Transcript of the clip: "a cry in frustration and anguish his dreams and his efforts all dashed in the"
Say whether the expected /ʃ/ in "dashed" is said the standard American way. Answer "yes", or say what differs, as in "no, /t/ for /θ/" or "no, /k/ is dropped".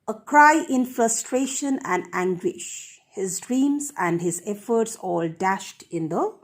yes